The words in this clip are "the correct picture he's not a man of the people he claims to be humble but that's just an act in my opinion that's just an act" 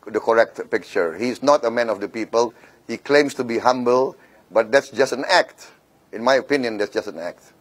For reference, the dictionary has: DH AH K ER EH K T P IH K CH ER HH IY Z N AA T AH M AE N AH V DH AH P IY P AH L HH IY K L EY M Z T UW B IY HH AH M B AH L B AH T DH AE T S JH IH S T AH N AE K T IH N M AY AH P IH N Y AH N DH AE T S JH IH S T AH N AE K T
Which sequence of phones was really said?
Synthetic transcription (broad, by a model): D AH K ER EH K T P IH K CH ER HH IY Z N AA T AH M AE N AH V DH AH P IY P AH L HH IY K L EY M S T UW B IY HH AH M B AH L B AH T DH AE T S JH IH S T AH N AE K T IH N M AY AH P IH N Y AH N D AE T S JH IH S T AH N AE K T